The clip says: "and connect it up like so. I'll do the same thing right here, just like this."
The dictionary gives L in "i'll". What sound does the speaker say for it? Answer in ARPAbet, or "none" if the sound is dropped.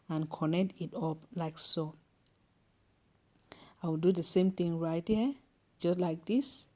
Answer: W